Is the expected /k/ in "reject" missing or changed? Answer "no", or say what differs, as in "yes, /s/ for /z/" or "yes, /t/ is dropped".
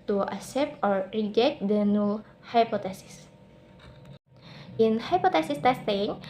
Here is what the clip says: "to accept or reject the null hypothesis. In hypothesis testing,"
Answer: yes, /k/ is dropped